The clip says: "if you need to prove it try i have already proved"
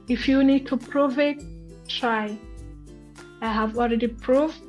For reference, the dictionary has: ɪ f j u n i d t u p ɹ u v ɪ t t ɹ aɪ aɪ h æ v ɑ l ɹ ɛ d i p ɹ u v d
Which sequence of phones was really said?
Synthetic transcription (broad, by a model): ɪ f j u n i d t u p ɹ u v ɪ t t ɹ aɪ aɪ h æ v ɑ l ɹ ɛ d i p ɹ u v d